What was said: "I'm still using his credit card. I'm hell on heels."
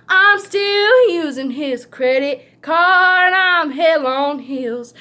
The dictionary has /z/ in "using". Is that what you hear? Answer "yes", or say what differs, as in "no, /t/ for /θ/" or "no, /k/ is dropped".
yes